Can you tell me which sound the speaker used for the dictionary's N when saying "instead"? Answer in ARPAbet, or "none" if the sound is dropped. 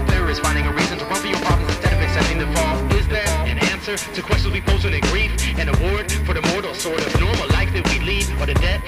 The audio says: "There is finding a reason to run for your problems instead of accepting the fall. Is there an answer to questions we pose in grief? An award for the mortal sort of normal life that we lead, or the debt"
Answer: N